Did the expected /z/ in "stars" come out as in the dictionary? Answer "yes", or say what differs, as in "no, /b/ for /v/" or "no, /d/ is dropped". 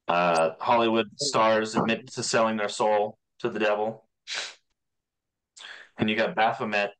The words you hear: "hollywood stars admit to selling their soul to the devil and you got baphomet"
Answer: yes